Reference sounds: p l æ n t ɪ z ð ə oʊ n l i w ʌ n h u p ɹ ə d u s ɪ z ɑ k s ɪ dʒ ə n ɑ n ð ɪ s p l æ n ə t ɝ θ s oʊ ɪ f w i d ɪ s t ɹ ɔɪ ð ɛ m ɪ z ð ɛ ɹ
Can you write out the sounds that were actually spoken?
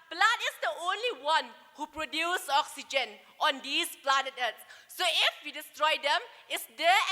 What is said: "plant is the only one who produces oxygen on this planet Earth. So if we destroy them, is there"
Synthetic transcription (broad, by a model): p l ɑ n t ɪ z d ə oʊ n l i w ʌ n h u p ɹ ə d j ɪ s ɑ k s ɪ dʒ ə n ɑ n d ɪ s p l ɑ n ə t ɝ t s oʊ ɪ f w i d ɪ s t ɹ ɔɪ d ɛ m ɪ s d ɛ